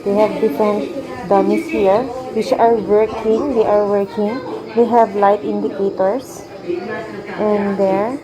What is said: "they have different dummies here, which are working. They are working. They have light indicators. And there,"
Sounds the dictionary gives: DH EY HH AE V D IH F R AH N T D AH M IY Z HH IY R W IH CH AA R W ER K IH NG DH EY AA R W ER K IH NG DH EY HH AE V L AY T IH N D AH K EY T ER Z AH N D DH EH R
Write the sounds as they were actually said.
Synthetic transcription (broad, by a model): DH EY HH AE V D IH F AH N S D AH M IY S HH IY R W IH CH AA R W ER K IH NG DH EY AA R W ER K IH NG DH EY HH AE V L AY T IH N D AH K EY T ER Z AH N D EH R